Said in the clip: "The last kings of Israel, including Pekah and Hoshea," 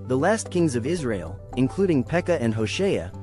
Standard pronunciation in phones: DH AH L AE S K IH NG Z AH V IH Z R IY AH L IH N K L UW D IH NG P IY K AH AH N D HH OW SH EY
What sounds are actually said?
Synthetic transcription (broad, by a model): DH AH L AE S K IH NG Z AH V IH Z R IY AH L IH N K L UW D IH NG P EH K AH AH N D HH OW SH EY